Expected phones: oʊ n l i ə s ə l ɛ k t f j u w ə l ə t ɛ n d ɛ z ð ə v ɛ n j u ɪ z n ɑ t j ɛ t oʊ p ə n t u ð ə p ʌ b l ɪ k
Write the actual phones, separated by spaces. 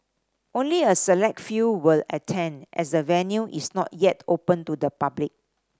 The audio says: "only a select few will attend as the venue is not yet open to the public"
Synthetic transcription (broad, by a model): oʊ n l i ə s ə l ɛ k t f j u w ə l ə t ɛ n d ɛ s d ə v ɛ n j u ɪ s n ɑ t j ɛ t oʊ p ə n t u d ə p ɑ b l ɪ k